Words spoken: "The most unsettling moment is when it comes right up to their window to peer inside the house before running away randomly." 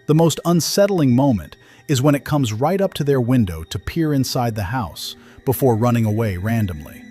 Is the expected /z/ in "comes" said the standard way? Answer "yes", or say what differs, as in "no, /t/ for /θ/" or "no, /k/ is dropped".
yes